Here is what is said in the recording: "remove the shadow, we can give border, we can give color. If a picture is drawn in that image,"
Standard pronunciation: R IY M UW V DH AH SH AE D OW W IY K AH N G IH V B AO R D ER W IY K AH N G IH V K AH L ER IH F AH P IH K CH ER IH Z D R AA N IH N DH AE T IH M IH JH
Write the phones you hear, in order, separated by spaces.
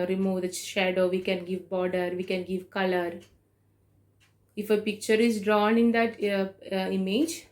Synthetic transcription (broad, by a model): R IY M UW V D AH SH AE D OW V IY K AH N G IH V B AO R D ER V IY K AH N G IH V K AH L ER IH F AH P IH K CH ER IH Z D R AA N IH N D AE T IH M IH JH